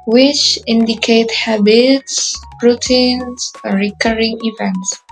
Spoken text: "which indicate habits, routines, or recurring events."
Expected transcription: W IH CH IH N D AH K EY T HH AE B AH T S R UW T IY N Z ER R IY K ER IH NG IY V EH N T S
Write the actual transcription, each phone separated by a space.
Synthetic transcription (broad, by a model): W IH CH IH N D AH K EY T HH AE B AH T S R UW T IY N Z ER R IY K ER IH NG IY V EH N T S